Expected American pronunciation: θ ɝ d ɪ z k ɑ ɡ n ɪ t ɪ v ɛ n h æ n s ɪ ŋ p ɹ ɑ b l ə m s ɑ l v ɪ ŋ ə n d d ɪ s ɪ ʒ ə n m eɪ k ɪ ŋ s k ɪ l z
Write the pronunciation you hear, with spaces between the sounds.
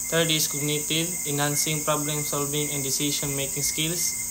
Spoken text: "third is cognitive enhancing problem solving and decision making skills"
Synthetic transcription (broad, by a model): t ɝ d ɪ s k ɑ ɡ n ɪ t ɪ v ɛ n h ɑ n s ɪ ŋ p ɹ ɑ b l ə m s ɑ l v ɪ ŋ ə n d d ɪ s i ʃ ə n m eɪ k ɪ ŋ s k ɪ l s